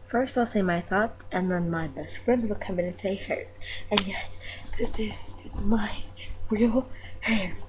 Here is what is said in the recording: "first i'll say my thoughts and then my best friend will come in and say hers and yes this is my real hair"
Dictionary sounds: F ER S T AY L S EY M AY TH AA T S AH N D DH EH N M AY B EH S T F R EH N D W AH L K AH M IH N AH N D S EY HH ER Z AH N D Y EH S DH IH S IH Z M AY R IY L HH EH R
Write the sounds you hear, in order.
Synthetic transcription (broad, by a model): F ER S T AY L S EY M AY TH AA T AH N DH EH N M AY B EH S T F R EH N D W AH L K AH M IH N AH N S EY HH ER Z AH N Y EH S DH IH S IH Z M AY R IY L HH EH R